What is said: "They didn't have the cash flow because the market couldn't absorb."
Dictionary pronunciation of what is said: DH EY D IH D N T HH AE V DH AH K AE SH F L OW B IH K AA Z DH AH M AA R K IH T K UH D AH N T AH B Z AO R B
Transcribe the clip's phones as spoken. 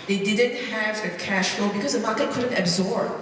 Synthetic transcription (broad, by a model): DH EY D IH D N T HH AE V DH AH K AE SH F L OW B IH K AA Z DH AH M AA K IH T K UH D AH N T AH B Z AO R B